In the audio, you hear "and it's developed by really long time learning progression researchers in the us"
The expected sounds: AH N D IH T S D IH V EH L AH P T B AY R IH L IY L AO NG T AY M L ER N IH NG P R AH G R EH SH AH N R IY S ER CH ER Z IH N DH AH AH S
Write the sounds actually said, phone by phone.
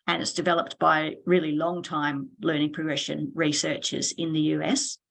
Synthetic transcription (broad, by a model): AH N IH T S D IH V EH L AH P T B AY R IH L IY L AO NG T AY M L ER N IH NG P R AH G R EH SH AH N R IY S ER CH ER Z IH N DH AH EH S